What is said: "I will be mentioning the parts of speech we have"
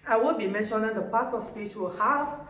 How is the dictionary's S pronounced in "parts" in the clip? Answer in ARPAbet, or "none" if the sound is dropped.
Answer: none